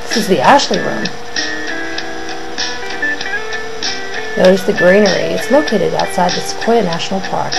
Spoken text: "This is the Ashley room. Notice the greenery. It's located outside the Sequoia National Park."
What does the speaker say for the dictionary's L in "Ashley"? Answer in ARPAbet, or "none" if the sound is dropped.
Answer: L